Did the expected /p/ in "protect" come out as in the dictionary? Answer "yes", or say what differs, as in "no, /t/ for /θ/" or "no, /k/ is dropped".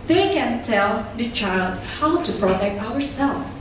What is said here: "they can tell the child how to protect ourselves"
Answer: no, /f/ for /p/